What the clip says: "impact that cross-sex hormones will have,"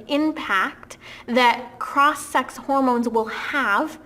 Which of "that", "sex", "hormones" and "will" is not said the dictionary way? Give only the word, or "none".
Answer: none